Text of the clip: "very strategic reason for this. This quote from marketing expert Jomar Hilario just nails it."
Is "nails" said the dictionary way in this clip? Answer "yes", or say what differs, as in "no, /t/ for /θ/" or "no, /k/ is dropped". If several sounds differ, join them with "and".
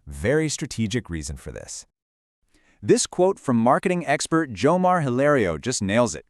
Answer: yes